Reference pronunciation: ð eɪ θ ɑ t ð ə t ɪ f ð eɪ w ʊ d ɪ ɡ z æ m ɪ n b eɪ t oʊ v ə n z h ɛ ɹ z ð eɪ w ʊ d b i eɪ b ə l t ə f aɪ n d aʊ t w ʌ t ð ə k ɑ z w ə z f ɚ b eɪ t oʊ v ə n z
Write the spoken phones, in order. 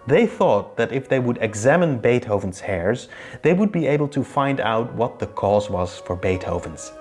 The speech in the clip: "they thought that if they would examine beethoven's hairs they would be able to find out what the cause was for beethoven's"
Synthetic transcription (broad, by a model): ð eɪ θ ɑ t ð ə t ɪ f ð eɪ w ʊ d ɪ ɡ z æ m ɪ n b eɪ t oʊ v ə n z h ɛ ɹ z ð eɪ w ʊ d b i eɪ b l t ə f aɪ n d aʊ t w ʌ t ð ə k ɑ z w ə z f ɚ b eɪ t oʊ v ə n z